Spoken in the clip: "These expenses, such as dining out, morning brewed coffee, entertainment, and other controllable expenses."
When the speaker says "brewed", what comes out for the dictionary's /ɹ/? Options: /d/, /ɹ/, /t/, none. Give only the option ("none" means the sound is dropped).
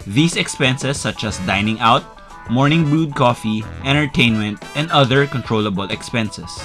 none